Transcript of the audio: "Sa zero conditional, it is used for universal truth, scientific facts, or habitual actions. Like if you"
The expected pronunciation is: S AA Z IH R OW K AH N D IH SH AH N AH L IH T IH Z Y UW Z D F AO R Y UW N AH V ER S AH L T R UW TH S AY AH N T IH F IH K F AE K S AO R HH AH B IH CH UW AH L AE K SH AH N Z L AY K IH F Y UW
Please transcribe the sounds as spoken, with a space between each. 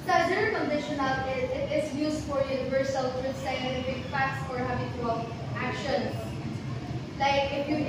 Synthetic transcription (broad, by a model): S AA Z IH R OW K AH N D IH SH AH N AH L IH T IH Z Y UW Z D F AO R Y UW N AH V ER S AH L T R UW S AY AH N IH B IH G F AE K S AO R HH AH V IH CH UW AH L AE K SH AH N S L AY K IH F Y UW